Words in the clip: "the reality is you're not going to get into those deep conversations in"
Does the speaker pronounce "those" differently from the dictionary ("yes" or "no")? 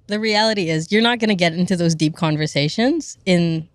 no